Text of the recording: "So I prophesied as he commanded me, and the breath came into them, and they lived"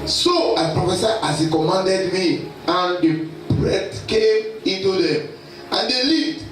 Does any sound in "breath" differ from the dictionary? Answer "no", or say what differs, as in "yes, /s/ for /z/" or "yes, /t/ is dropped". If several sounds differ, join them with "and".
yes, /t/ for /θ/